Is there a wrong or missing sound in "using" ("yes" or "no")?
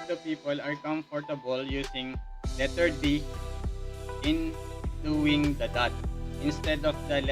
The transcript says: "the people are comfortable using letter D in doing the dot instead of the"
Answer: yes